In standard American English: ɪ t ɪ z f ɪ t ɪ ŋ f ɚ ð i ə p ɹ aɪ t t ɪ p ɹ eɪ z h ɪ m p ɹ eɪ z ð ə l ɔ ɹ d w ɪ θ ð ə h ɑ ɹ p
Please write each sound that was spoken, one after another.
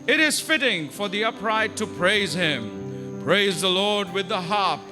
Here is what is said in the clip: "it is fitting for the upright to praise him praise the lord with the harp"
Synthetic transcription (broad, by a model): ɪ t ɪ z f ɪ t ɪ ŋ f ɚ ð i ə p ɹ aɪ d t ɪ p ɹ eɪ z h ɪ m p ɹ eɪ z ð ə l ɔ ɹ d w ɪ ð ə h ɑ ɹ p